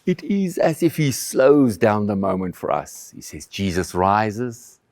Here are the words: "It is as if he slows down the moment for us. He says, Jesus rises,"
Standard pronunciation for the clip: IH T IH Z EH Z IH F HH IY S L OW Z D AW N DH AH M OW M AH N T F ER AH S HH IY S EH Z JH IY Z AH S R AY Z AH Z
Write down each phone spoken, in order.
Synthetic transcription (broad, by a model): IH T IH Z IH Z IH F HH IY S L OW Z D AW N DH AH M OW M AH N T F ER AH S HH IY S EH Z JH IY Z AH S R AY Z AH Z